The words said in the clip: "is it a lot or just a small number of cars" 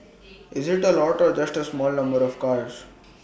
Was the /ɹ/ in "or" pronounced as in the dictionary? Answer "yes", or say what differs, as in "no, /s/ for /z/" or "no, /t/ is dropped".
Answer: yes